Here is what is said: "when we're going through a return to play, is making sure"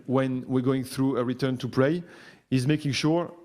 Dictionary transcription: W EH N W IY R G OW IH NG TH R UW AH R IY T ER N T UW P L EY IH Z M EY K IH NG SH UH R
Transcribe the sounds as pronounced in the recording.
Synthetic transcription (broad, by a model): W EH N W IY R G OW IH NG TH R UW AH R IY T ER N T UW P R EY IH Z M EY K IH NG SH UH R